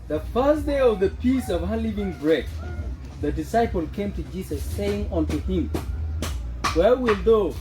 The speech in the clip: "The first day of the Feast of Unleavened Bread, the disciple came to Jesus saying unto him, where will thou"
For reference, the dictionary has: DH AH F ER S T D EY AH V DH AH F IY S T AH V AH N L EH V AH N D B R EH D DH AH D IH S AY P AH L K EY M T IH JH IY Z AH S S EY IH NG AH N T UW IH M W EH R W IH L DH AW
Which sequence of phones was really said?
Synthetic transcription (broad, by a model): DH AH F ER S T D EY AH V DH AH P IY S AH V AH L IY V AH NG B R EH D DH AH D IH S AY P AH L K EY M T IH JH IY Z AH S S EY IH NG AH N T UW IH M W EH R W IH L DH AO